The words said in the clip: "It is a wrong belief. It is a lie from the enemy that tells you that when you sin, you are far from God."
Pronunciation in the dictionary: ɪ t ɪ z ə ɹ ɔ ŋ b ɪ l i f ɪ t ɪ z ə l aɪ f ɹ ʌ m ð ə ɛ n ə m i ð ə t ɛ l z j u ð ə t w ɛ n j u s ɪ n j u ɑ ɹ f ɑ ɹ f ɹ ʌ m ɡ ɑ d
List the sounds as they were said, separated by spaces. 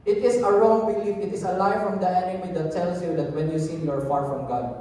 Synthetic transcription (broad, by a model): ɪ t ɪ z ə ɹ ɔ ŋ b ɪ l i f ɪ t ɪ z ə l aɪ f ɹ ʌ m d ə ɛ n ə m i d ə t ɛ l s j u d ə t w ɛ n j u s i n j u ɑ ɹ f ɑ ɹ f ɹ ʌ m ɡ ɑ d